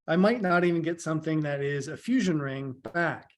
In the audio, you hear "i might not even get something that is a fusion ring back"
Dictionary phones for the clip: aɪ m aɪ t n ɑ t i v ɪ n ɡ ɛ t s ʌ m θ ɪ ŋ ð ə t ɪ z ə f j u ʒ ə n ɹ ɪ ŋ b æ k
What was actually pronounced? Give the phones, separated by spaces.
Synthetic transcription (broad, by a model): aɪ m aɪ t n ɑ t i v ɪ n ɡ ɛ t s ʌ m θ ɪ ŋ ð ə t ɪ z ə f j u ʒ ə n ɹ ɪ ŋ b æ k